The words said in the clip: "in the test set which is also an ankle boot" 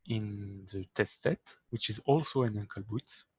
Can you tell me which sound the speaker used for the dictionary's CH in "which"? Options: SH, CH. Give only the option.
CH